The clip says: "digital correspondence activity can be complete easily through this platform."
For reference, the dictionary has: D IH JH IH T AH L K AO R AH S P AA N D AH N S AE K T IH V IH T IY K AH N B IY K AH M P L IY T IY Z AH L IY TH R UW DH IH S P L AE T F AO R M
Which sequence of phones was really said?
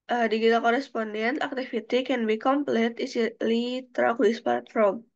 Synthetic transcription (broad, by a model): D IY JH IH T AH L K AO R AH S P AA N D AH N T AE K T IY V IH T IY K AH N B IY K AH M P L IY T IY S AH L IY T R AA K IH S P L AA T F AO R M